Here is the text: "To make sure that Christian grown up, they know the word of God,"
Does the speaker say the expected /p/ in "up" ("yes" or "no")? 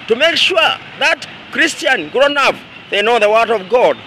no